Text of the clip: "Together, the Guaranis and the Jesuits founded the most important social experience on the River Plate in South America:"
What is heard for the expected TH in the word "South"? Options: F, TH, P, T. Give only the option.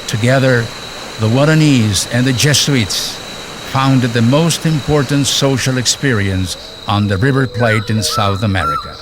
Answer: TH